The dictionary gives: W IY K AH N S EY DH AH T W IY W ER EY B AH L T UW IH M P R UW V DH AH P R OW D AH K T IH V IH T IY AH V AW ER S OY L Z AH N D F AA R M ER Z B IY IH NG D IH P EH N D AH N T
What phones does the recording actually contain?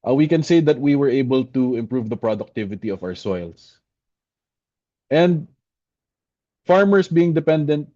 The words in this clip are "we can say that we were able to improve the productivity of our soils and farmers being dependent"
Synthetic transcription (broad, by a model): W IY K AH N S EY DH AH T W IY W ER EY B AH L T UW IH M P R UW V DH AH P R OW D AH K T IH V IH T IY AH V AW ER S OY L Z AH N D F AA R M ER S B IY IH NG D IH P EH N D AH N T